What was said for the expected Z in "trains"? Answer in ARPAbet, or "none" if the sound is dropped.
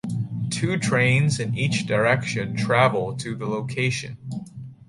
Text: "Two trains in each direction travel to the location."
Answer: Z